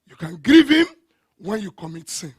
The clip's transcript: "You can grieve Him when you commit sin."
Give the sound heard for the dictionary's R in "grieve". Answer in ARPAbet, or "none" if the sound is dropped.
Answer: R